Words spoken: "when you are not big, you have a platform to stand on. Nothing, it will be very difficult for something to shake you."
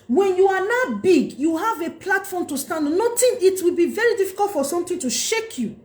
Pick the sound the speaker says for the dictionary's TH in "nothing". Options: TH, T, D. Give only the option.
T